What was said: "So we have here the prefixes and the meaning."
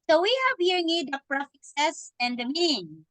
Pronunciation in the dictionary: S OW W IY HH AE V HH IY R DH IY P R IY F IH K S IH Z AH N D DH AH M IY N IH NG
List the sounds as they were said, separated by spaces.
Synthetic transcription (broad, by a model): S OW W IY HH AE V HH IY R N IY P R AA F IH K S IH S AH N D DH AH M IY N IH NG